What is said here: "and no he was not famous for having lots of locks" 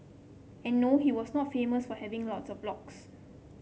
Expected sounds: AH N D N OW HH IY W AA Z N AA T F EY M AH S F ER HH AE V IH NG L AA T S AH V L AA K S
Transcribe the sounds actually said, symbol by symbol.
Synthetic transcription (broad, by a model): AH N N OW HH IY W AA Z N AA T F EY M AH S F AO HH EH V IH NG L AA T S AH B L AA K S